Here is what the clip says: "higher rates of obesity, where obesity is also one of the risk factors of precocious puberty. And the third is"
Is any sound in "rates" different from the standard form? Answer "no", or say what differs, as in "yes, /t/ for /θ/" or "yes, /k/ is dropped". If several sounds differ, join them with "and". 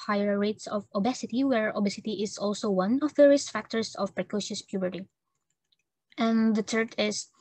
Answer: no